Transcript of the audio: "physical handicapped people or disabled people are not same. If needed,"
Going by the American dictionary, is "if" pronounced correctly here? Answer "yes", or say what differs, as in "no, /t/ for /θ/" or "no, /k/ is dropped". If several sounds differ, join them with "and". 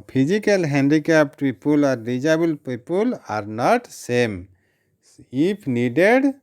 no, /p/ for /f/